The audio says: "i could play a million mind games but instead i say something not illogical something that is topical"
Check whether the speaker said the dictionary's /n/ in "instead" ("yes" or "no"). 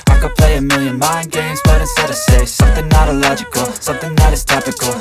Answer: no